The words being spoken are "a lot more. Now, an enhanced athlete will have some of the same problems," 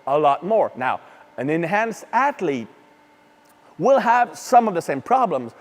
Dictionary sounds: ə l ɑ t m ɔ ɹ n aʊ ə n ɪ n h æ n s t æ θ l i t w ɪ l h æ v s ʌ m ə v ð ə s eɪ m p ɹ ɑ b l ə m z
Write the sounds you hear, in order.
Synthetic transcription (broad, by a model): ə l ɑ t m ɔ ɹ n aʊ ə n ɪ n h æ n s t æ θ l i t w ɪ l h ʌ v s ʌ m ə v ð ə s eɪ m p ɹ ɑ b l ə m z